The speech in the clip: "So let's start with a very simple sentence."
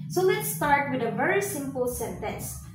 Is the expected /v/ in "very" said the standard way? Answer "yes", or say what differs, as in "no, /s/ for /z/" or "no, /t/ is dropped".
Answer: yes